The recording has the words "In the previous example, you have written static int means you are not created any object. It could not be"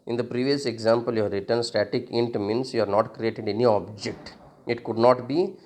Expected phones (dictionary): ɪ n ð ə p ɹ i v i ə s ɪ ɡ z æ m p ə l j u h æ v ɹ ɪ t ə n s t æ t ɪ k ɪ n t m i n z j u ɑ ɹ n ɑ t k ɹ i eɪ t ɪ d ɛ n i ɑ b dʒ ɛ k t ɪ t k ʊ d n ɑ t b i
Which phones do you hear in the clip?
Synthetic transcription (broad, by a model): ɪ n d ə p ɹ i v i ə s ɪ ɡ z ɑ m p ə l j u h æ ɹ ɪ t ə n s t æ t ɪ k ɪ n t m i n s j u ɑ ɹ n ɑ t k ɹ i eɪ t ɪ d ɛ n i ɑ b dʒ ɛ k t ɪ t k ʊ d n ɑ t b i